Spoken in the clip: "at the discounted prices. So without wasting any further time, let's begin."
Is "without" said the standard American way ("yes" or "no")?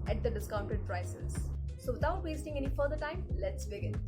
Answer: no